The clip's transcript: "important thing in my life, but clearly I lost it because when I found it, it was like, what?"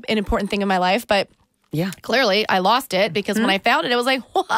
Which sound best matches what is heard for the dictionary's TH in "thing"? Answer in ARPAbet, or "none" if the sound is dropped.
TH